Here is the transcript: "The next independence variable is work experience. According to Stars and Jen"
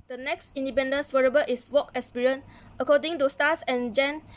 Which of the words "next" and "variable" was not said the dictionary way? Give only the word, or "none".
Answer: variable